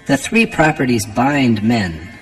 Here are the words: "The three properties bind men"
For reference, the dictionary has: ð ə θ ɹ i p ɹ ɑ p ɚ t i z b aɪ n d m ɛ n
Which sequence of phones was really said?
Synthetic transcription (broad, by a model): ð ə θ ɹ i p ɹ ɑ p ɚ t i z b aɪ n d m ɛ n